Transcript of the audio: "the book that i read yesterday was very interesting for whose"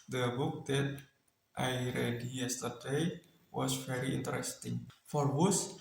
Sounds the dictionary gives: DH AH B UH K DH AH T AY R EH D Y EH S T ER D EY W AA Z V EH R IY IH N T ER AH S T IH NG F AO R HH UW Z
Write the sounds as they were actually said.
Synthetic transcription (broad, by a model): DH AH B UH K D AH T AY R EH D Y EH S T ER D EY W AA S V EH R IY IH N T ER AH S T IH NG F AO R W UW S